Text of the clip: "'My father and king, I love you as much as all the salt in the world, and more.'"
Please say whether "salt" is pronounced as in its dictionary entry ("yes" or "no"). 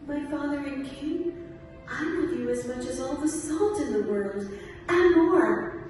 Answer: yes